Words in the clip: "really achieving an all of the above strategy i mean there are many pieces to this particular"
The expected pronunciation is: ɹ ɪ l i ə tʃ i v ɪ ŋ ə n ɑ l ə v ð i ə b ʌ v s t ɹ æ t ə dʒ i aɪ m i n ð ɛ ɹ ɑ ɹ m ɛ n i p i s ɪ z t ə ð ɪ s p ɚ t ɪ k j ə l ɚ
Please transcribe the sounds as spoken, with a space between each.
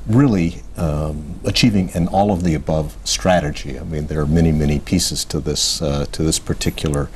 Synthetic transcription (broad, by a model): ɹ ɪ l i ə tʃ i v ɪ ŋ ə n ɑ l ə v ð i ə b ʌ v s t ɹ æ t ə dʒ i aɪ m i n ð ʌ ɹ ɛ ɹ m ɛ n i p i s ɪ z t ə ð ɪ s p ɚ t ɪ k j l ɚ